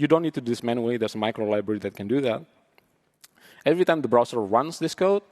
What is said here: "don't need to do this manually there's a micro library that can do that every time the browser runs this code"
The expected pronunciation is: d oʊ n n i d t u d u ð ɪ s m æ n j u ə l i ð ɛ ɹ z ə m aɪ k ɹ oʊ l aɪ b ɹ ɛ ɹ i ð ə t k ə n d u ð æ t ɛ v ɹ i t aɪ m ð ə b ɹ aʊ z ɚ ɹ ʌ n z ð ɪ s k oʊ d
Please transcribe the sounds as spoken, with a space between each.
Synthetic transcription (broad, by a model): d oʊ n n i d t u d u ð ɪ s m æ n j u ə i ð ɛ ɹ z ə m aɪ k ɹ oʊ l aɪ b ɹ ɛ ɹ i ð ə t k ə n d u ð æ t ɛ v ɹ i t aɪ m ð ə b ɹ aʊ s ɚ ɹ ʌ n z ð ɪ s k oʊ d